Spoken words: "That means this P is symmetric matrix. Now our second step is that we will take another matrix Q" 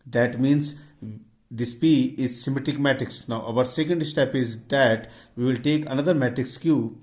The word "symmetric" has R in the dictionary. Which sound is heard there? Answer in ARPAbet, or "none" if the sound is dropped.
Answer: none